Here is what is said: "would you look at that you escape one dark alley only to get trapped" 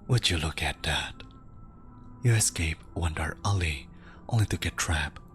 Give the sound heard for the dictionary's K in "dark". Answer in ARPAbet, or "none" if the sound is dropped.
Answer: none